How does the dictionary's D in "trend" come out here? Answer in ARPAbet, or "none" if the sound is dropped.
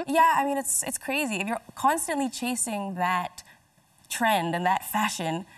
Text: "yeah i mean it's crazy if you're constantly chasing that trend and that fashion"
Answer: D